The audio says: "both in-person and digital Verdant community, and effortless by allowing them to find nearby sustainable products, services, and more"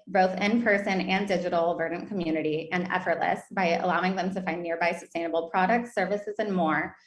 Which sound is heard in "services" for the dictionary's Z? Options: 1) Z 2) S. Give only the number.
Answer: 1